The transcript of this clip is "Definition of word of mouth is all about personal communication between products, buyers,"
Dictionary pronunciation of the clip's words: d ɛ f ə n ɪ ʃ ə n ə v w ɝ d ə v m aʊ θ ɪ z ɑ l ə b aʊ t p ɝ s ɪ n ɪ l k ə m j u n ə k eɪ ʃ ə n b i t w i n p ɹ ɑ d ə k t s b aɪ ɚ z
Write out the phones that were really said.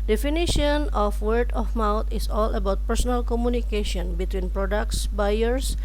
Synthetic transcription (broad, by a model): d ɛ f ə n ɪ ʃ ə n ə f w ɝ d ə f m aʊ t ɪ s ɑ l ə b aʊ t p ɝ s ɪ n ɪ l k ə m j u n ə k eɪ ʃ ə n b i t w i n p ɹ ɑ d ə k t s b aɪ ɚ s